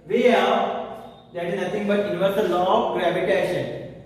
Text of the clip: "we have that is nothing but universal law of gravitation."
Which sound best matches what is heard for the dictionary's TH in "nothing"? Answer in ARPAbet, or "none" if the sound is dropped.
T